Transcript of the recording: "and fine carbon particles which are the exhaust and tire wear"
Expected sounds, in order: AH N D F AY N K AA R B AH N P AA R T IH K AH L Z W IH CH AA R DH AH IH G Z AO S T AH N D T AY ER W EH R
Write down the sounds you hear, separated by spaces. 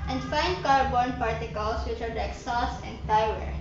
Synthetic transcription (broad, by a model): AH N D F AY N K AA R B AH N P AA R T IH K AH L S W IH CH AA R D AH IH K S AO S AH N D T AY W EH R